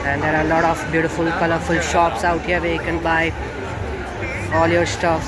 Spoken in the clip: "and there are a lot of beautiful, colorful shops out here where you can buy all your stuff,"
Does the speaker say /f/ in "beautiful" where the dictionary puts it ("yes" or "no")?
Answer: yes